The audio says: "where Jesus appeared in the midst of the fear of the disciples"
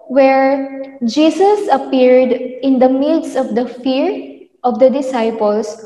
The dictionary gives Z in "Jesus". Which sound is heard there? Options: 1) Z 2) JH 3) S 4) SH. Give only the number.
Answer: 3